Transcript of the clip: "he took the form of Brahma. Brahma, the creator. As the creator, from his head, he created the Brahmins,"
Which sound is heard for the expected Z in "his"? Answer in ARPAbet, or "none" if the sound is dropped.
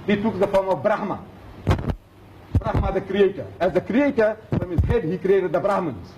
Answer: S